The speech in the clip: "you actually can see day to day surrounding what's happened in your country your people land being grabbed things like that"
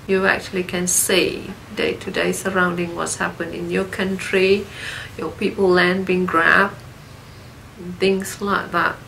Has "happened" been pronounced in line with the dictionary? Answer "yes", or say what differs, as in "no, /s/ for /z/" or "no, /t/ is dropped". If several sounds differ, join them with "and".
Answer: no, /d/ is dropped